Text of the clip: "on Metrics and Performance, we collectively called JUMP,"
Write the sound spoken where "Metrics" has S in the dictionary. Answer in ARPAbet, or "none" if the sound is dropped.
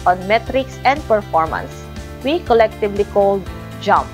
S